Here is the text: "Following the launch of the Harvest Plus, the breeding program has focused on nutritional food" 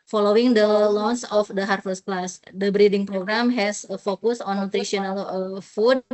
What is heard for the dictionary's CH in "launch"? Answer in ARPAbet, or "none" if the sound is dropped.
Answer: S